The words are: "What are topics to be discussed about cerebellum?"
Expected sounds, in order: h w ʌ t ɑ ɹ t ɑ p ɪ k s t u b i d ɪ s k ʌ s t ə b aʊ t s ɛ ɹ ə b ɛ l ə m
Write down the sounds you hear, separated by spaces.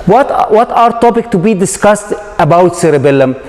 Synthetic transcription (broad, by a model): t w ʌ t ɑ ɹ t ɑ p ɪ k t u b i d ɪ s k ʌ s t ə b aʊ t s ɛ ɹ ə b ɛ l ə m